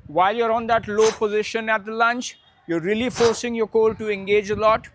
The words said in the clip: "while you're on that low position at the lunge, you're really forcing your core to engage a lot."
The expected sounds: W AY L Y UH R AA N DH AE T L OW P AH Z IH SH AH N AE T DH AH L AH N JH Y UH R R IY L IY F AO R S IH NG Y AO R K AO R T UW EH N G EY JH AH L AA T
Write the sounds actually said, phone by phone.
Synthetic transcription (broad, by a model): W AY L Y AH R AA N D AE T L OW P AH Z IH SH AH N AE T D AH L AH N CH Y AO R R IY L IY F AO R S IH NG Y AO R K AO L T UW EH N G EY JH AH L AA T